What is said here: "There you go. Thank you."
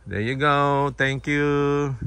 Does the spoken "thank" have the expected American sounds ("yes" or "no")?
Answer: no